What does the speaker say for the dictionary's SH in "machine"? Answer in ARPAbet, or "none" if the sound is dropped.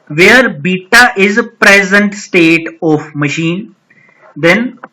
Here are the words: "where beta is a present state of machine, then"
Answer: SH